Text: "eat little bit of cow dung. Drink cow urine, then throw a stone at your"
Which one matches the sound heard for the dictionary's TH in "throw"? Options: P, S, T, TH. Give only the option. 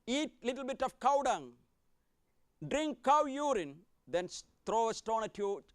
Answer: T